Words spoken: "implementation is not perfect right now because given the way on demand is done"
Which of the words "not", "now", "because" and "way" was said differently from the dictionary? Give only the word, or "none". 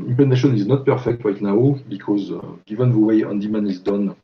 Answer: none